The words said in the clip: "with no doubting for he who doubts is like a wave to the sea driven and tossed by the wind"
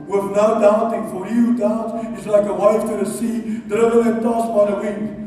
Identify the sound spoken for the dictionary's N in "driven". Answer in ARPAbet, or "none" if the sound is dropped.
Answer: none